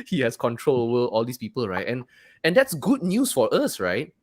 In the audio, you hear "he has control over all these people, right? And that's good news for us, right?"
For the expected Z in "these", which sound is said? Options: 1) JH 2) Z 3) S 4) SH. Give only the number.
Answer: 3